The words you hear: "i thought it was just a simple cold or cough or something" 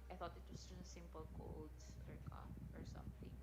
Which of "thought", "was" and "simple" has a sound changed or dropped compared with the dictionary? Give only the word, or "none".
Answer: was